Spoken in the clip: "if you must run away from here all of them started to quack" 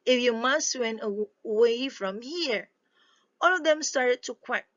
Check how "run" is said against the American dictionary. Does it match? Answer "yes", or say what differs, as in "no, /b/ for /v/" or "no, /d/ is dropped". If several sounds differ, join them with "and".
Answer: no, /w/ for /ɹ/